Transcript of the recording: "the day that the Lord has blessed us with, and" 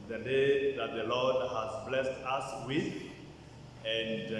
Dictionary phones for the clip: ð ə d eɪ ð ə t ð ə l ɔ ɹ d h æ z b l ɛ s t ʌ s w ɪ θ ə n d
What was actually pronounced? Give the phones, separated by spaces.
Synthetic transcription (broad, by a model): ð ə d eɪ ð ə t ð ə l ɔ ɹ d h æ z b l ɛ s t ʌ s w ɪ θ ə n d